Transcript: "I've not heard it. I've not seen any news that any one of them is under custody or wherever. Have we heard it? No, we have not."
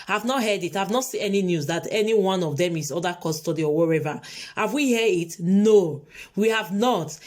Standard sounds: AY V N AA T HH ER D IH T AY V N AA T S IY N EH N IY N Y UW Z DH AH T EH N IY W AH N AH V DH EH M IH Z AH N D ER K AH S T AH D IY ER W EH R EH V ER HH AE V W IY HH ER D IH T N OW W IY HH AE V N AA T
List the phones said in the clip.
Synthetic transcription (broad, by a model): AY V N AA T HH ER D IH T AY V N AA T S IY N EH N IY N Y UW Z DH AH T EH N IY W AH N AH V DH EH M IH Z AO D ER K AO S T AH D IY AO W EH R EH V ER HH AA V W IY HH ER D IH T N OW W IY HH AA V N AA T